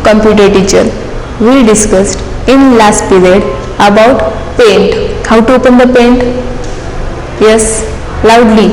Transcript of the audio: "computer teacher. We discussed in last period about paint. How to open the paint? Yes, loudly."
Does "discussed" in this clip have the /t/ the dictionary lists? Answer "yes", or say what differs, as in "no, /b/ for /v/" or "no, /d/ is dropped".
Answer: yes